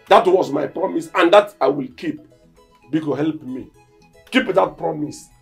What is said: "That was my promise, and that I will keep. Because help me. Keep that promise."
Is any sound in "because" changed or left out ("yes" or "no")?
yes